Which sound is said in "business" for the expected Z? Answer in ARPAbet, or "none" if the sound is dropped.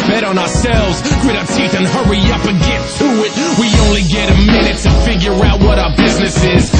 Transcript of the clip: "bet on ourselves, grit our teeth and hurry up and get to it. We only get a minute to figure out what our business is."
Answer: Z